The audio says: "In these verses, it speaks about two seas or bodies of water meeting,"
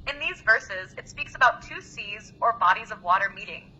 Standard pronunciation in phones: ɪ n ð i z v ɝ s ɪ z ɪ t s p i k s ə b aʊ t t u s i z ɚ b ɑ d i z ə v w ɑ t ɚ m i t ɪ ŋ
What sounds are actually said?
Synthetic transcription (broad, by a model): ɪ n ð i z v ɝ s ɪ z ɪ t s p i k s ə b aʊ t t u s i z ɚ b ɑ d i z ə v w ɑ t ɚ m i t ɪ ŋ